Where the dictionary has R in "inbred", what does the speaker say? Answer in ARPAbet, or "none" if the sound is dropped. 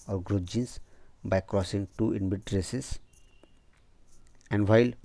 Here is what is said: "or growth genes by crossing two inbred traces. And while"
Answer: none